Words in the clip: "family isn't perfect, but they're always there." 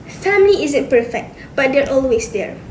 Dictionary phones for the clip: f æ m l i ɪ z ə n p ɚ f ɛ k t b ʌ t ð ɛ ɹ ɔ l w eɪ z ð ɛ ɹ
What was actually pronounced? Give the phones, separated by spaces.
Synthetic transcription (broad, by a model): f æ m l i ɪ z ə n p ɚ f ɛ k t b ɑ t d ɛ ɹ ɔ l w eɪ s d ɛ ɹ